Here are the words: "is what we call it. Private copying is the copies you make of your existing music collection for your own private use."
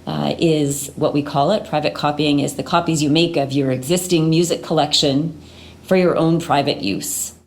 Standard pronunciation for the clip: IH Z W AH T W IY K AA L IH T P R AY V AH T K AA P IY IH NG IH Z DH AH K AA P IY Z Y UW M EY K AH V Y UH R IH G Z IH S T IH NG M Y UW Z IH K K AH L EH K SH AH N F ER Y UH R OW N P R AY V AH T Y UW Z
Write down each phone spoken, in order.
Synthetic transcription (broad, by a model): IH Z W AH T W IY K AA L IH T P R AY V AH T K AA P IY IH NG IH Z DH AH K AA P IY Z Y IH M EY K AH V Y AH R IH G Z IH S T IH NG M Y UW Z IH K K AH L EH K SH AH N F ER Y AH R OW N P R AY V AH T Y UW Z